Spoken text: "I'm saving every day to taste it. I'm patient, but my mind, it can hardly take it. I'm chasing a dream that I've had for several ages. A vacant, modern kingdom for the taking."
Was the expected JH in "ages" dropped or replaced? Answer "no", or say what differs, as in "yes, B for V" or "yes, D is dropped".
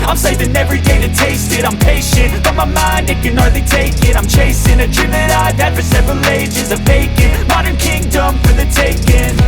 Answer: no